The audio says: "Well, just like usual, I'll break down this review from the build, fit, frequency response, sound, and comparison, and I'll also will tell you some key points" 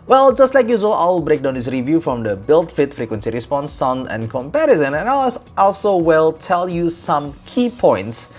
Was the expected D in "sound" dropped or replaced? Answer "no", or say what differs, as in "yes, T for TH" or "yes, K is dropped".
yes, D is dropped